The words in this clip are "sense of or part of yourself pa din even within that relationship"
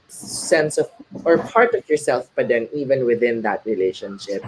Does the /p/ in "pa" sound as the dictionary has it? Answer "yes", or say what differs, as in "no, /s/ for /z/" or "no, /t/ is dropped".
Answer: no, /b/ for /p/